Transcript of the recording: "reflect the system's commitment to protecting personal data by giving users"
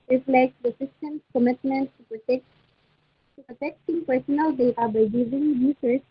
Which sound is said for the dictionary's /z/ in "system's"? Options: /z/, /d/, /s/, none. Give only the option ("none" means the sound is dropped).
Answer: /s/